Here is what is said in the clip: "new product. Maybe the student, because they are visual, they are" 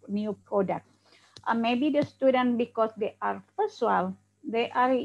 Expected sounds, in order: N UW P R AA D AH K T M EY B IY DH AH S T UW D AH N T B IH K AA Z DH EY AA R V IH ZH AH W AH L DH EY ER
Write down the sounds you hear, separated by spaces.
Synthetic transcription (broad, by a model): N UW P R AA D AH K T M EY B IY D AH S T UW D AH N T B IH K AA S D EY AA R P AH S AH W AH L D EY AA